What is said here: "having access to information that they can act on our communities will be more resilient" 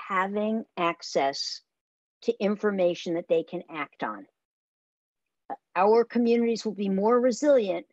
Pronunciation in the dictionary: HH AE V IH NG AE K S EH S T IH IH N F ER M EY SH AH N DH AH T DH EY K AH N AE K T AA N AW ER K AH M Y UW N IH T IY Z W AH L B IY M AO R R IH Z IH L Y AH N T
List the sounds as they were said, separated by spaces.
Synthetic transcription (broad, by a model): HH AE V IH NG AE K S EH S T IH IH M F ER M EY SH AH N DH AH T DH EY K AH N AE K T N AW ER K AH M Y UW N IH T IY Z W AH L B IY M AO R R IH Z IH L Y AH N T